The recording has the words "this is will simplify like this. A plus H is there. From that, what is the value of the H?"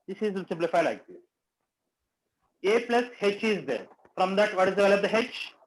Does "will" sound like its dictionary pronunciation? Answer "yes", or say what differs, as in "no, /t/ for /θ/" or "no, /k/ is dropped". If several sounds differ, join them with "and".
no, /n/ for /l/